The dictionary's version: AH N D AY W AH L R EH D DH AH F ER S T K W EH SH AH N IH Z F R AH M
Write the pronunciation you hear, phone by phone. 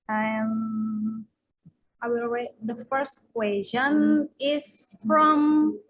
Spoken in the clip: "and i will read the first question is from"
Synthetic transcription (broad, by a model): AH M AY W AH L W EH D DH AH F ER S T K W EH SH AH N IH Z F R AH M